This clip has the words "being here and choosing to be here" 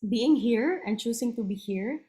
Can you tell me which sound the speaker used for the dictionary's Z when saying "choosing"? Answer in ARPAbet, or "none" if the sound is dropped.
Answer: S